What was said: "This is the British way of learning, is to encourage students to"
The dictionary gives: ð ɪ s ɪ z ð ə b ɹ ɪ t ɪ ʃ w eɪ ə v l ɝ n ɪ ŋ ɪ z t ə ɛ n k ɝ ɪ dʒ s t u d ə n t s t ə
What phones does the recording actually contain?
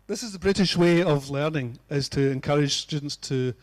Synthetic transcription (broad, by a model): ð ɪ s ɪ z ð ə b ɹ ɪ t ɪ ʃ w eɪ ə v l ɝ n ɪ ŋ ɪ z t ə ɛ n k ɝ ɪ dʒ s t u d n t s t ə